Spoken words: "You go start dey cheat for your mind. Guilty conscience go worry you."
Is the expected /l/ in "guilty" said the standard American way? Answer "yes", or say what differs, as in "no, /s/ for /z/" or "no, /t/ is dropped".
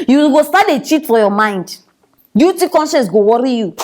no, /l/ is dropped